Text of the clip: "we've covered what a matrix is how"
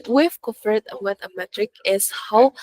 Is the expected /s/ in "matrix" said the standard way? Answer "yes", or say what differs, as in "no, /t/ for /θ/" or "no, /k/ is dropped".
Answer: no, /s/ is dropped